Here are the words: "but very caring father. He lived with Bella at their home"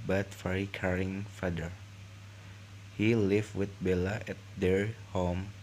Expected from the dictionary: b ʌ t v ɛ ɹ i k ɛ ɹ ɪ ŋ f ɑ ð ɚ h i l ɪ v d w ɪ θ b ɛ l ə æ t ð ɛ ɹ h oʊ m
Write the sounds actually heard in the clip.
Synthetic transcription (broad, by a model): b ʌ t f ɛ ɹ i k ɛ ɹ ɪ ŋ f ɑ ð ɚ h i l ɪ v w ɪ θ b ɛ l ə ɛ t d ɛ ɹ h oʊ m